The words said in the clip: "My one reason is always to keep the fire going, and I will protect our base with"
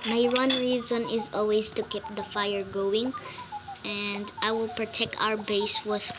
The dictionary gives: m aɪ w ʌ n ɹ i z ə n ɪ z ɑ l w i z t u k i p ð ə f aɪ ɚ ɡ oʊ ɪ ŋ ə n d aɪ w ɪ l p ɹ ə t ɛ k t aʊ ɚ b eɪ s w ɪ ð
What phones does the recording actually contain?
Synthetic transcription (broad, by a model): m aɪ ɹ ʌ n ɹ i z ə n ɪ z ɑ l w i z t u k i p ð ə f aɪ ɚ ɡ oʊ ɪ ŋ ə n d aɪ w ɪ l p ɹ ə t ɛ k t aʊ ɚ b eɪ s w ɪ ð